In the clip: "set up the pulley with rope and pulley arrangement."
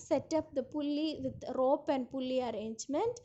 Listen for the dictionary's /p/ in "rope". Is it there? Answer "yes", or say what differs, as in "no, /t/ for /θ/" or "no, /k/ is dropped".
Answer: yes